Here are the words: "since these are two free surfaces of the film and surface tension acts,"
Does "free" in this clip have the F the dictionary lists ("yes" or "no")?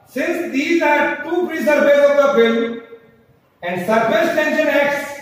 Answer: no